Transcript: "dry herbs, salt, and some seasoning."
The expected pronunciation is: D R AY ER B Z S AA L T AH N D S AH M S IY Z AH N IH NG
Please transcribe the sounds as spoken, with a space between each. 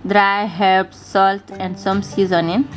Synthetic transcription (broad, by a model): D R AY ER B S AA L T AH N D S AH M S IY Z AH N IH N